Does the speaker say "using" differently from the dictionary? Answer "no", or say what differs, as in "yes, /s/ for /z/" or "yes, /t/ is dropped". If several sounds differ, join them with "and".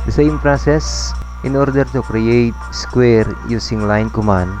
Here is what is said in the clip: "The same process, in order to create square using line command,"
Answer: yes, /s/ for /z/